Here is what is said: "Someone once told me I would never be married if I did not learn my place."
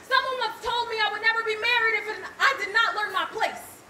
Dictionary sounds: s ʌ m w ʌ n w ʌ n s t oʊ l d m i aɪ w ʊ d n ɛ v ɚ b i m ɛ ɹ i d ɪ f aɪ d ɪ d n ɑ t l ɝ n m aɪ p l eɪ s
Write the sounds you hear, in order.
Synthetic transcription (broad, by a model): s ʌ m w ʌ n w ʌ s t oʊ l d m i aɪ w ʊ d n ɛ v ɚ b i m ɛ ɹ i d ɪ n aɪ d ɪ d n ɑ t l ɝ n m aɪ p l eɪ s